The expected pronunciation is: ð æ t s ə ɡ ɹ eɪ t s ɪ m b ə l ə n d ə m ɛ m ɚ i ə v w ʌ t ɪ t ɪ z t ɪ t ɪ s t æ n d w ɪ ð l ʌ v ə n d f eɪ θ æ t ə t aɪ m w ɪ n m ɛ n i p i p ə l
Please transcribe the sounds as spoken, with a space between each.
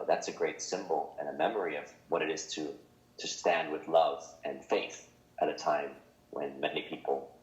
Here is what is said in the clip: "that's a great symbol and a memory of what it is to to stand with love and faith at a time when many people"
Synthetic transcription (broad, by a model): ð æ t s ə ɡ ɹ eɪ t s ɪ m b l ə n ə m ɛ m ɚ i ə v w ʌ t ɪ t ɪ z t ɪ t ɪ s t æ n d w ɪ ð l ʌ v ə n f eɪ θ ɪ t ə t aɪ m w ɪ n m ɛ n i p i p l